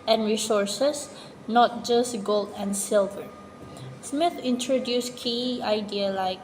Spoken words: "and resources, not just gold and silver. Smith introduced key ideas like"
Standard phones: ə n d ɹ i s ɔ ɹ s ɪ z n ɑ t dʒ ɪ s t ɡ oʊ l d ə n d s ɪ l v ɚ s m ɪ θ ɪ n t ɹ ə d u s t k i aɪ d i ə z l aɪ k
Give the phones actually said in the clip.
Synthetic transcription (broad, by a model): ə n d ɹ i s ɔ ɹ s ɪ s n ɑ t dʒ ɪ s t ɡ oʊ l d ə n s ɪ l v ɚ s m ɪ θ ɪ n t ɹ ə d u s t k i aɪ d i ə l aɪ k